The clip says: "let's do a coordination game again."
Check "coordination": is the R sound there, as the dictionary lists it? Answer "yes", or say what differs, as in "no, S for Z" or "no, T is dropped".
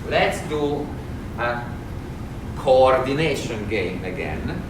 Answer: yes